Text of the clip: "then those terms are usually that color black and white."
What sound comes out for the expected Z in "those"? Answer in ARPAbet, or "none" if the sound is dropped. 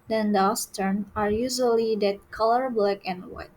S